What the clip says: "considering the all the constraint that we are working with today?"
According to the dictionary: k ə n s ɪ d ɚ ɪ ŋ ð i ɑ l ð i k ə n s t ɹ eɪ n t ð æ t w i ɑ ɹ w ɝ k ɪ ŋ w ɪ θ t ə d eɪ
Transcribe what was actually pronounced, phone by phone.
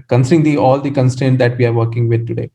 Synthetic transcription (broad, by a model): k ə n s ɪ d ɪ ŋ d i ɑ l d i k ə n s t eɪ n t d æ t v i ɑ ɹ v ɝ k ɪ ŋ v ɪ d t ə d eɪ